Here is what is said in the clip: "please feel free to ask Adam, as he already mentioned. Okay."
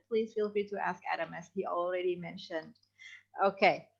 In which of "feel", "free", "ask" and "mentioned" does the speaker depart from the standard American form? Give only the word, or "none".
none